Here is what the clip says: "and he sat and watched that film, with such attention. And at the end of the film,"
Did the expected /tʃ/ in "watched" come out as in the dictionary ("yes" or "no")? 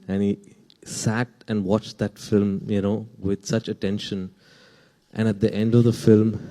yes